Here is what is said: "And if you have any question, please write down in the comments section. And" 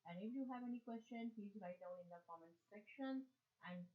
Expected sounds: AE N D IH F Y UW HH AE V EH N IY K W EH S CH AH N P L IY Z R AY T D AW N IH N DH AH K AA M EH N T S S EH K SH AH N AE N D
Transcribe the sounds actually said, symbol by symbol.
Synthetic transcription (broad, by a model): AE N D IH F Y UW HH AE V EH N IY K W EH S CH AH N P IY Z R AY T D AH L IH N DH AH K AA M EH N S S EH K SH AH N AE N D